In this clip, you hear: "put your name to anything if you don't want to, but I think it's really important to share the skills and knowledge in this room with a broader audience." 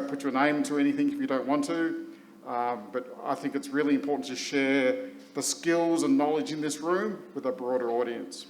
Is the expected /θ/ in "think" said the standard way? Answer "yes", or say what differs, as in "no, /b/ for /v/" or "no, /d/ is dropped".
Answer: yes